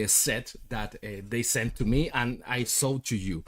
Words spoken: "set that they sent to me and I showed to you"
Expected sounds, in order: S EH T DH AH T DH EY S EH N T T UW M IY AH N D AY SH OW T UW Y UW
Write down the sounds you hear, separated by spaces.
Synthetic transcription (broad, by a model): S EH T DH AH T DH EY S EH N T T UW M IY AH N AY S OW T UW Y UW